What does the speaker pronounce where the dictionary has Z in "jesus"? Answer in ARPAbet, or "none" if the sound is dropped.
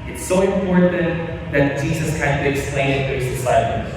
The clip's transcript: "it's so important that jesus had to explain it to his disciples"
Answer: Z